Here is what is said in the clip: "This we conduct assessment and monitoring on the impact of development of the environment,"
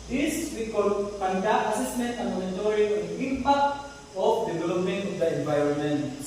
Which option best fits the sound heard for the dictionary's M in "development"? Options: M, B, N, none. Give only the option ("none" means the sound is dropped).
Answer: none